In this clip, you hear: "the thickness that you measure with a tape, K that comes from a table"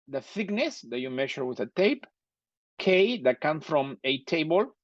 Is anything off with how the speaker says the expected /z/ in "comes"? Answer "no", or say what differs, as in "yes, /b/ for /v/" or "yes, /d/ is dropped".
yes, /z/ is dropped